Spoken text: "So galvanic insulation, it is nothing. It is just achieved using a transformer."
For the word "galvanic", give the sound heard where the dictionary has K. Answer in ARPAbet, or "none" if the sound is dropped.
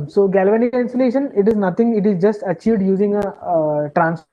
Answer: none